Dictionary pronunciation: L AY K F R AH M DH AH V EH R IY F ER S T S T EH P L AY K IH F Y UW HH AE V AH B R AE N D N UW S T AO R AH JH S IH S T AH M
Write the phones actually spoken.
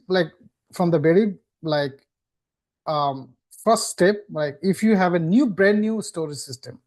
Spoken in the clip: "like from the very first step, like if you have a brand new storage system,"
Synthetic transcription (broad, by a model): L AY K F R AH M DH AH B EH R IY F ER S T S T EH P L AY K IH F Y UW HH AE V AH B R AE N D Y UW S T AO R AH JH S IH S T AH M